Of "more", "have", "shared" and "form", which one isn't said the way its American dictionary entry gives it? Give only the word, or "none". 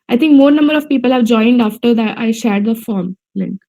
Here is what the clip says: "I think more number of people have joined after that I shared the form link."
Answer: none